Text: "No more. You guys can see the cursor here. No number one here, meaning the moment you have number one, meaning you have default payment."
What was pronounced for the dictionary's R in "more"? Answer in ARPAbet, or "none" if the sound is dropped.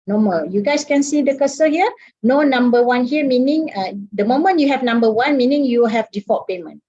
L